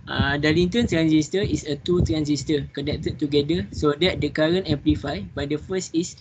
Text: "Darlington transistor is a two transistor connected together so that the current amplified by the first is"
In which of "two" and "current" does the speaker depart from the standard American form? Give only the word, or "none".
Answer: current